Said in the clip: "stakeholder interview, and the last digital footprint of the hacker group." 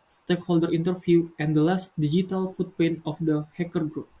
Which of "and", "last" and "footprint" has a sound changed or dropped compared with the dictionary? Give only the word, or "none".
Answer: footprint